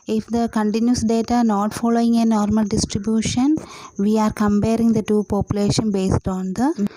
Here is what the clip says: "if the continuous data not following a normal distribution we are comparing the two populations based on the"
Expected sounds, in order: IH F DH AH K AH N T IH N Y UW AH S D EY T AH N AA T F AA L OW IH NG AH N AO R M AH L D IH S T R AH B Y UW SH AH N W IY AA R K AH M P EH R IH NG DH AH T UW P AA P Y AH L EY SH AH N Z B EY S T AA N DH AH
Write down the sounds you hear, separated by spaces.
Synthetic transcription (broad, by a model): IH F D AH K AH N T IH N Y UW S D EY T AH N AA T F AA L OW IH NG AH N AO R M AH L D IH S T R AH B Y UW SH AH N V IY AA R K AH M P EH R IH NG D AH T UW P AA P Y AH L EY SH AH N B EY S T AA N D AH